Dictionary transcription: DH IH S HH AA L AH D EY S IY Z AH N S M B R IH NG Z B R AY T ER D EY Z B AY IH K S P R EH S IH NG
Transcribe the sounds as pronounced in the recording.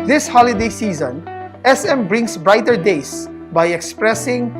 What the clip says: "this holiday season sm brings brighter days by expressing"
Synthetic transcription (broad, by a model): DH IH S HH AA L AH D EY S IY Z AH N S M B R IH NG S B R AY T ER D EY S B AY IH K S P R EH S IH NG